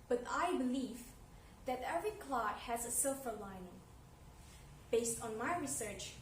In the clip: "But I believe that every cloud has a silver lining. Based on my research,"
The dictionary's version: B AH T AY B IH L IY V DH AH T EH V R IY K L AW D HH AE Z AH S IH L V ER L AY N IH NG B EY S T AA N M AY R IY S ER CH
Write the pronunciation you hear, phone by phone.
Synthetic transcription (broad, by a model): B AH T AY B IH L IY V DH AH T EH V R IY K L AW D HH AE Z AH S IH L F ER L AY N IH NG B EY S T AA N M AY R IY S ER CH